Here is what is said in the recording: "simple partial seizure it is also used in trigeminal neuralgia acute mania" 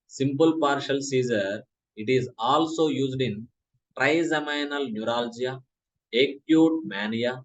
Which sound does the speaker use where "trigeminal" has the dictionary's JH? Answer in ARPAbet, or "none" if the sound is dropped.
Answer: Z